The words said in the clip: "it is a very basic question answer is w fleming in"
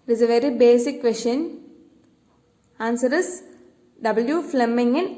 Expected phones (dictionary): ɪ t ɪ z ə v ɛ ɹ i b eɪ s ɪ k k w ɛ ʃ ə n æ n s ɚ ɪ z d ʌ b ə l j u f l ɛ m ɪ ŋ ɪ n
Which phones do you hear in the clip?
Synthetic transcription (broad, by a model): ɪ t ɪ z ə v ɛ ɹ i b eɪ s ɪ k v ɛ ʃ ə n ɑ n s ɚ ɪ s d ʌ b ə l j u f l ɛ m ɪ ŋ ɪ n